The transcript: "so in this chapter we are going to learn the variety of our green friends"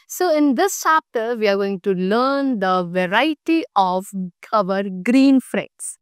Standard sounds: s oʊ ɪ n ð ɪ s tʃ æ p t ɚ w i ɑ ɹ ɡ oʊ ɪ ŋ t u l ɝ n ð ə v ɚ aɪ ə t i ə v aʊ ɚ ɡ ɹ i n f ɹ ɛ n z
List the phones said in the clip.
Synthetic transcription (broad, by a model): s oʊ ɪ n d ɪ s tʃ æ p t ɚ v i ɑ ɹ ɡ oʊ ɪ ŋ t u l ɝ n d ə v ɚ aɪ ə t i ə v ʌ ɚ ɡ ɹ i n f ɹ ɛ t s